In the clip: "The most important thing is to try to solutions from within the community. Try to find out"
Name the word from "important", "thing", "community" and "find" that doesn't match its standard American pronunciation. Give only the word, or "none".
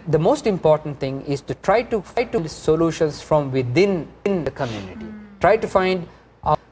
thing